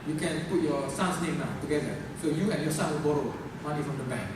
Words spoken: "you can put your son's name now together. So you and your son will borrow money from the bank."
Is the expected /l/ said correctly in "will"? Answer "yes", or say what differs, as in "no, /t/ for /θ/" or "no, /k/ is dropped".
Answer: no, /n/ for /l/